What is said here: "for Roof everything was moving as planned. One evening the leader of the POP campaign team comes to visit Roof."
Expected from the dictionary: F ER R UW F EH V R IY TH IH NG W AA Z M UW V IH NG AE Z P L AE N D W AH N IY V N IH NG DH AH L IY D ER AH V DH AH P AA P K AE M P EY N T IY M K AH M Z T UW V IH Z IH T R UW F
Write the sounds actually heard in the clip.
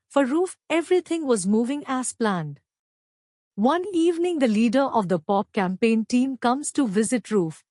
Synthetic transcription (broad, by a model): F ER R UW F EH V R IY T IH NG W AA Z M UW V IH NG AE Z P L AE N D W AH N IY V N IH NG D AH L IY D ER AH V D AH P AA P K AE M P EY N T IY M K AH M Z T UW V IH Z IH T R UW F